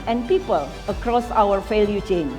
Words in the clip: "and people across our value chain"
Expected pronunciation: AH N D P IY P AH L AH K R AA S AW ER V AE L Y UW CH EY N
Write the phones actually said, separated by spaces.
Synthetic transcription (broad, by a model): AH N P IY P AH L AH K R AA S AW ER F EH L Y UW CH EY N